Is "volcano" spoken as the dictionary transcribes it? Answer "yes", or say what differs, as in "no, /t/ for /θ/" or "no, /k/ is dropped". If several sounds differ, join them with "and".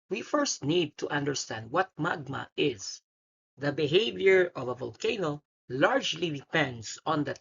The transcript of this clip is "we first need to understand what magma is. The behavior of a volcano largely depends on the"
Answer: yes